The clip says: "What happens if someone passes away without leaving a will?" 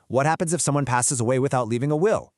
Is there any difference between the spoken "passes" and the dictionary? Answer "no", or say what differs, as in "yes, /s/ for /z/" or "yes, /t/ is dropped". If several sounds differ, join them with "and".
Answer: no